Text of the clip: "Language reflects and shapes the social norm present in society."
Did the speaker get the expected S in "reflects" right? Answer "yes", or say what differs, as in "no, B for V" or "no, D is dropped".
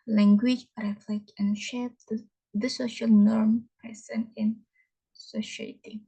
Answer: no, S is dropped